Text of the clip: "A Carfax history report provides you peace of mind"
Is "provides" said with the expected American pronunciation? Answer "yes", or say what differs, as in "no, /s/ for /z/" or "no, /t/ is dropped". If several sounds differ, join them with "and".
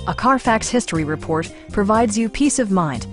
yes